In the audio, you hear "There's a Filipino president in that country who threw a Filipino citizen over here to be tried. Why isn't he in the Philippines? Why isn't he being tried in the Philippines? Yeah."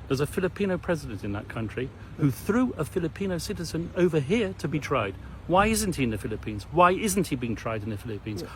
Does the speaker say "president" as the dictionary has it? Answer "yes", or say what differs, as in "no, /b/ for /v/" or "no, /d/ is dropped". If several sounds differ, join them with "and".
yes